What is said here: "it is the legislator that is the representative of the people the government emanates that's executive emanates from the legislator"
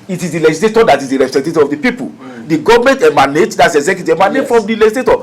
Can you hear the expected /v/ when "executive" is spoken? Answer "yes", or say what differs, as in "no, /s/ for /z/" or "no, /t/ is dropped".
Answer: no, /v/ is dropped